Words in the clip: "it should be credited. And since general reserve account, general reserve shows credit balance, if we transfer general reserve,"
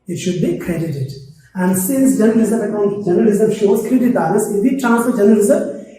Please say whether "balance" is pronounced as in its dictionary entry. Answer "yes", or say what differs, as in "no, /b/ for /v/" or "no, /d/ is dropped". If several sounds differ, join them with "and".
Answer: no, /n/ is dropped